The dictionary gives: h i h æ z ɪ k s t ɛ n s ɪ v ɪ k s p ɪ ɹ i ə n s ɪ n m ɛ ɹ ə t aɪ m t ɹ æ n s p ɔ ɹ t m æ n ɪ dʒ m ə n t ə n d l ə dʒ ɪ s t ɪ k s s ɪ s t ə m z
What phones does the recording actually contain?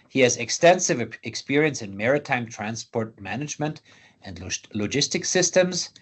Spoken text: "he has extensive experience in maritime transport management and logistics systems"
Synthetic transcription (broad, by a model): h i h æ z ɪ k s t ɛ n s ɪ v ɪ k s p ɪ ɹ i ə n s ɪ n m ɛ ɹ ə t aɪ m t ɹ æ n s p ɔ ɹ t m æ n ɪ dʒ m ə n t ə n d l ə dʒ ɪ s t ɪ k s s ɪ s t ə m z